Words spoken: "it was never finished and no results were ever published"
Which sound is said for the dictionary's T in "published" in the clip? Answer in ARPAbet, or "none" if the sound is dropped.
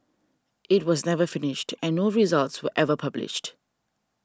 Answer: T